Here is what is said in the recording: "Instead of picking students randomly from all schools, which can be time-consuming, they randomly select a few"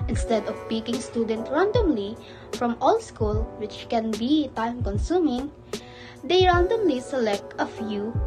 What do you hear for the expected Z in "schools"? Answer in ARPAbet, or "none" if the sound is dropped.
none